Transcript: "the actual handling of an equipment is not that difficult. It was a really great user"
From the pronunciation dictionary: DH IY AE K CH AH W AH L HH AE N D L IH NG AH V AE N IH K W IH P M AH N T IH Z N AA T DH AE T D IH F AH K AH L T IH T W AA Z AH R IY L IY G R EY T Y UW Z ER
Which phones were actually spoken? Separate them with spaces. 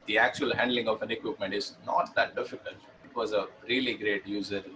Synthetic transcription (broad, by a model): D IY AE K CH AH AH L HH AE N D L IH NG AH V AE N IH K W IH P M AH N T IH Z N AA T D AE T D IH F AH K AH L T IH T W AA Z AH R IY L IY G R EY T Y UW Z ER